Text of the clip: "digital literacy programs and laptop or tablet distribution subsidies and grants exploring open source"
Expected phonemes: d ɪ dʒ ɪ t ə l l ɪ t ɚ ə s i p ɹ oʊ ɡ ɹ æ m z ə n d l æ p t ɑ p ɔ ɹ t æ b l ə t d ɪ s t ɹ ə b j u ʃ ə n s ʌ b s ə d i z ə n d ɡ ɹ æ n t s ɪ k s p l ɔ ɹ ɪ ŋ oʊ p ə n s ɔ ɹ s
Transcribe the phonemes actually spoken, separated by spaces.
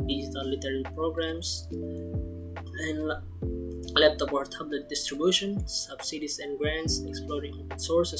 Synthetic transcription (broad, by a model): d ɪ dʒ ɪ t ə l l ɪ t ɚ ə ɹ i p ɹ oʊ ɡ ɹ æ m s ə n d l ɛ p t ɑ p ɔ ɹ t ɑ b l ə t d ɪ s t ɹ ə b j u ʃ ə n s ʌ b s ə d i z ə n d ɡ ɹ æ n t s ɪ k s p l ɔ ɹ ɪ ŋ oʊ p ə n s ɔ ɹ s